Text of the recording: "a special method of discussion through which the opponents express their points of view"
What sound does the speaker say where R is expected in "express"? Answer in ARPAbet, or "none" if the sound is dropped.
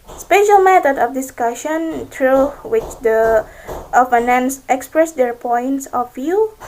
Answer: R